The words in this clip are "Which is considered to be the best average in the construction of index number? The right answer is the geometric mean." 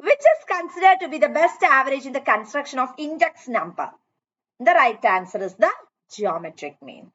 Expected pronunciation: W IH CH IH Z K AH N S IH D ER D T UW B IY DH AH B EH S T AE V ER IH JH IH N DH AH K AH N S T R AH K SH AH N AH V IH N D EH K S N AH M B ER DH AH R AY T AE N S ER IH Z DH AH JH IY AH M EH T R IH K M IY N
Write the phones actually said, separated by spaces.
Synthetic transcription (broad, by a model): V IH CH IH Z K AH N S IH D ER D T UW B IY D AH B EH S T AE V ER IH JH IH N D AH K AH N S T R AH K SH AH N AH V IH N D EH K S N AH M B ER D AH R AY T AE N S ER IH Z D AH JH IY AH M EH T R IH K M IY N